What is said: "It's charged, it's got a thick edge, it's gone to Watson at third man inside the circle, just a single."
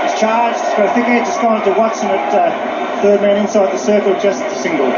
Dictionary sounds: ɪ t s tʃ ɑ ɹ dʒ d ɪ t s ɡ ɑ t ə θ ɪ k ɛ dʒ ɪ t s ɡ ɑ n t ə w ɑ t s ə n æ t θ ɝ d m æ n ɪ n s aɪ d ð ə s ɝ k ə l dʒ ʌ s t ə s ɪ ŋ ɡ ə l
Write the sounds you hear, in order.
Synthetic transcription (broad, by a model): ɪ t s tʃ ɑ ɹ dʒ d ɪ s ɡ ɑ ə f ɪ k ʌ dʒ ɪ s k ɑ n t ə w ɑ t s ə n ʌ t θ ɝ d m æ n ɪ n s aɪ d ð ə s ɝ k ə l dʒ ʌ s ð ə s ɪ ŋ ɡ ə l